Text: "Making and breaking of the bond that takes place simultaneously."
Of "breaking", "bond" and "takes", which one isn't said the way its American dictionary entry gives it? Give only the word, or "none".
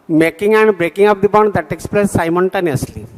none